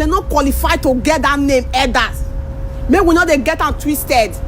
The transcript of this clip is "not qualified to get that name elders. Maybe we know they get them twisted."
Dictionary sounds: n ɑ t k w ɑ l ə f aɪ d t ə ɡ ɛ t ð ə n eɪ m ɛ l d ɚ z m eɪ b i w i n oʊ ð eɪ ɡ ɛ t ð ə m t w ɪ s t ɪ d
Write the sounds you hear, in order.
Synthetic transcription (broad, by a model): n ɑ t k w ɑ l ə f aɪ t ə ɡ ɛ t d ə n eɪ m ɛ d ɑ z m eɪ w i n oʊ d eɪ ɡ ɛ t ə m t w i s t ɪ d